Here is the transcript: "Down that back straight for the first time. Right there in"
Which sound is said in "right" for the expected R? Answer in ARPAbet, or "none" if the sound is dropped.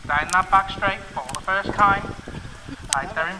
L